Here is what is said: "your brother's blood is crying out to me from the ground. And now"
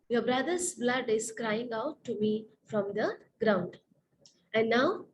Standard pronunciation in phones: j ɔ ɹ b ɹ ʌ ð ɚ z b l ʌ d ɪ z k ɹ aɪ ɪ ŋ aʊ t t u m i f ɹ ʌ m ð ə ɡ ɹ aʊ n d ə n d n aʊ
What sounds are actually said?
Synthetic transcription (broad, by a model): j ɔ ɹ b ɹ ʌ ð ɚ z b l ʌ d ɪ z k ɹ aɪ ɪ ŋ aʊ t t u m i f ɹ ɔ m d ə ɡ ɹ aʊ n d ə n d n aʊ